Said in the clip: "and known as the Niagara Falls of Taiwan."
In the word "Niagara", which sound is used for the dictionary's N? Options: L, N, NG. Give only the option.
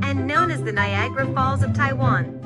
N